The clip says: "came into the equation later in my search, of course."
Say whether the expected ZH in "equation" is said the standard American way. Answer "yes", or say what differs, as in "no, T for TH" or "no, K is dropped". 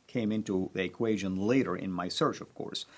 yes